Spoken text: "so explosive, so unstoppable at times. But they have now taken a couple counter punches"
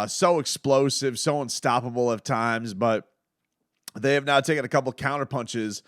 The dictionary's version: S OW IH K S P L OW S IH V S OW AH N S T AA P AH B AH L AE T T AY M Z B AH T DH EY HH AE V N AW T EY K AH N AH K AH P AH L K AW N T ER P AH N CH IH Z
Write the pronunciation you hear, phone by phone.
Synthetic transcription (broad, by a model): S OW IH K S P L OW S IH V S OW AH N S T AA P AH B L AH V T AY M Z B AH T DH EY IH V N AW T EY K AH N AH K AH P L K AW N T ER P AH N CH IH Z